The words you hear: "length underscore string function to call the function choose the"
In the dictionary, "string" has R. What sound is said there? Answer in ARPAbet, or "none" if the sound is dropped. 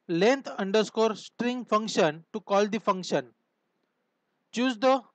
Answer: R